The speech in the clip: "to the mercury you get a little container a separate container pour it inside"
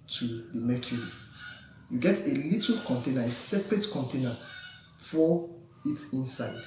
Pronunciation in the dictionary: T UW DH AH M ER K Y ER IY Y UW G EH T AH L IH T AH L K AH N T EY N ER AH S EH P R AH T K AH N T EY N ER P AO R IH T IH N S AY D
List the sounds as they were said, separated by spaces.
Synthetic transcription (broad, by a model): T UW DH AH M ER K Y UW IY Y UW G EH T AH L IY T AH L K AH N T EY N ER AH S EH P R AH T K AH N T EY N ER F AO IH T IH N S AY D